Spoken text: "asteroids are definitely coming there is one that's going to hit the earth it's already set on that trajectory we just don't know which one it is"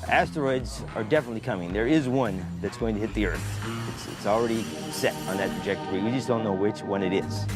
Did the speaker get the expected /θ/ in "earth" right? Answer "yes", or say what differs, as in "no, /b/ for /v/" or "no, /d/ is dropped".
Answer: yes